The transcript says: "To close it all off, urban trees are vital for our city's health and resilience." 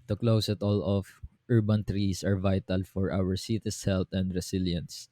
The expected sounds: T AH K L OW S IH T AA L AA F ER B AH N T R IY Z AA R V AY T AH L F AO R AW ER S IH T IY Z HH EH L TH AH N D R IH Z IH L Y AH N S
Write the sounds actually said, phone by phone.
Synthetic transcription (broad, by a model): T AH K L OW S IH T AA L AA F ER B AH N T R IY S AA R V AY T AH L F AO R AW ER S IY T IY S HH EH L T AH N D R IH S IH L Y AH N S